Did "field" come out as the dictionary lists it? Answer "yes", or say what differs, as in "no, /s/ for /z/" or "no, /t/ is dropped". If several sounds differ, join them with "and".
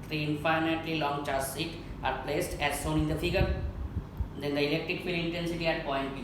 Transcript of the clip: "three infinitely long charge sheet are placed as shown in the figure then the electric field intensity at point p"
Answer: no, /d/ is dropped